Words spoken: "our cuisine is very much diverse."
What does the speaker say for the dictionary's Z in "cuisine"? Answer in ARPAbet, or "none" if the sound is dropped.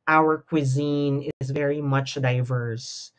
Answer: Z